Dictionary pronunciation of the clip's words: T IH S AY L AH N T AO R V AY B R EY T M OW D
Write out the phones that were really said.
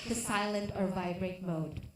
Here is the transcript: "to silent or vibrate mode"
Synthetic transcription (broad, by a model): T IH S AY L AH N T AO R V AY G R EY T M OW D